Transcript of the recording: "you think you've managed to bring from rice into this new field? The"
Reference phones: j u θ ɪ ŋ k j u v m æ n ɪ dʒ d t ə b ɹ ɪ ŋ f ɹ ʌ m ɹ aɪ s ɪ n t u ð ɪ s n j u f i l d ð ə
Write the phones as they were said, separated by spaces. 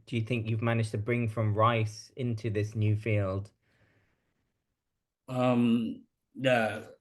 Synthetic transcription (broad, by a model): j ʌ θ ɪ ŋ k j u v m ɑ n ɪ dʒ t ə b ɹ ɪ ŋ f ɹ ʌ m ɹ aɪ s ɪ n t u ð ɪ s n j u f i l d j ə